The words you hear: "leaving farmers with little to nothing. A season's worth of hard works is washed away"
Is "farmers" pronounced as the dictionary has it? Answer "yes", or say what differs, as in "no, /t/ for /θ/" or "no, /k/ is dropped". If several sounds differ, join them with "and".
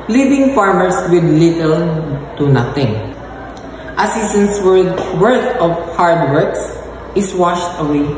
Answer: no, /s/ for /z/